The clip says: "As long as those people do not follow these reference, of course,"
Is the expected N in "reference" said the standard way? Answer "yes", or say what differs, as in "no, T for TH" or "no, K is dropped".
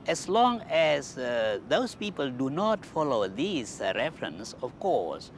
yes